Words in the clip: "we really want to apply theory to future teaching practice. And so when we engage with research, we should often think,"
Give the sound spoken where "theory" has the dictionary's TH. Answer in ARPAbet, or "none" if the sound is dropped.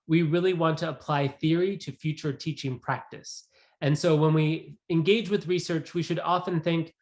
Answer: TH